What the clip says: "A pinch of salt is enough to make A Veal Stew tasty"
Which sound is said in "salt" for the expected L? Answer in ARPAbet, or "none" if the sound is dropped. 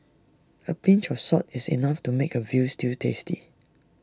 none